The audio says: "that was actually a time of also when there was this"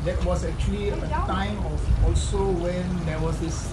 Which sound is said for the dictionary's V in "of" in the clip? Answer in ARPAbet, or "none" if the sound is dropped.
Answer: F